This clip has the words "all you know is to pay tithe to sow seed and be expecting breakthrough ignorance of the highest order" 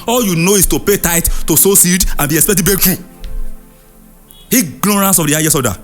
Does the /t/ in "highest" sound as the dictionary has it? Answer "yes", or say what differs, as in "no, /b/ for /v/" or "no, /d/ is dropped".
no, /t/ is dropped